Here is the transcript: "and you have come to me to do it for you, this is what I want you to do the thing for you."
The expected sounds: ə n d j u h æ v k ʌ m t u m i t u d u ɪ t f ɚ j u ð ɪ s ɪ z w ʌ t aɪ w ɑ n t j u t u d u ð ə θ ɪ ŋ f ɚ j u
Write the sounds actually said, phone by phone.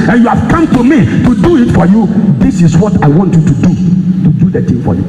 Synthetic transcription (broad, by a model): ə n j u h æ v k ʌ m t u m i t u d u ɪ t f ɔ j u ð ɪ s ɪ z w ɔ t aɪ w ɑ n t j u t u d u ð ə t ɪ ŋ f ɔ j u